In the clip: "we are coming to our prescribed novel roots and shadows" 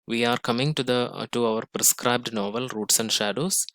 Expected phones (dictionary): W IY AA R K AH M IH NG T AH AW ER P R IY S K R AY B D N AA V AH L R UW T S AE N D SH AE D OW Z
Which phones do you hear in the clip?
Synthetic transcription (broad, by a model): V IY AA R K AH M IH NG T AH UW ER P R IY S K R AY B D N AA V AH L R UW T S AE N D SH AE D OW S